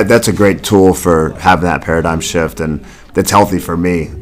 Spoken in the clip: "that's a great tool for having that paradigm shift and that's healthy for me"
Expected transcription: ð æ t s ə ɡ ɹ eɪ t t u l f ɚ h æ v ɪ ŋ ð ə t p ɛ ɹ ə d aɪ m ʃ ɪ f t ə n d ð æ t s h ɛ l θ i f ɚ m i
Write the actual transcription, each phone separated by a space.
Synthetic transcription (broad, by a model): ð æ t s ə ɡ ɹ eɪ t t u l f ɚ h æ v ɪ ŋ ð ə t p ɛ ɹ ə d aɪ m ʃ ɪ f t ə n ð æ t s h ɛ l θ i f ɚ m i